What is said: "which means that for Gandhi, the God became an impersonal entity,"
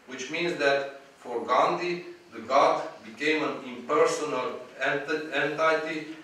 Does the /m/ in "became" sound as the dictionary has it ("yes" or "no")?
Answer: yes